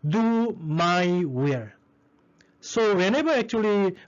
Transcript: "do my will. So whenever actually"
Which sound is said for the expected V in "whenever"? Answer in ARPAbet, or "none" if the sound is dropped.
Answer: B